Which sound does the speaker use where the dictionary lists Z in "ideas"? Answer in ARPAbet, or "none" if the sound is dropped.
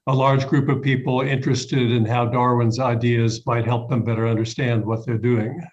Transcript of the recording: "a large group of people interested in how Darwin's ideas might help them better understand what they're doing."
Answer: Z